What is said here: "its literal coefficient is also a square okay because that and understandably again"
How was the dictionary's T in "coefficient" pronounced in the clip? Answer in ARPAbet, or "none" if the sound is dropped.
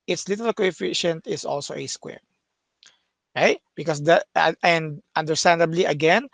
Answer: T